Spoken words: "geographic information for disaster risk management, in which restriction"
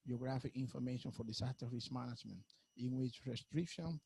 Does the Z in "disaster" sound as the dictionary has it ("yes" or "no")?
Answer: no